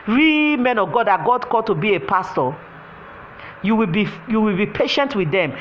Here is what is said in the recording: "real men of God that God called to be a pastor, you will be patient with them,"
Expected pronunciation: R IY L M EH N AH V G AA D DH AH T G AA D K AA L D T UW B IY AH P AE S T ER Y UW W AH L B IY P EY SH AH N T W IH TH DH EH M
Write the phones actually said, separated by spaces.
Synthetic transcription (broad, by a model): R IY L M EH N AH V G AA D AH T G AA D K AA D T UW B IY AH P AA S T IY Y UW W AH L B IY P EY SH AH N T W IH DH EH M